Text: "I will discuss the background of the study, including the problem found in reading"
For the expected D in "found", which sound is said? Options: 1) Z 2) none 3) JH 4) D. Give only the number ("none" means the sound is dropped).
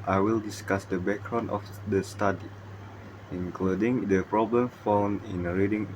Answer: 2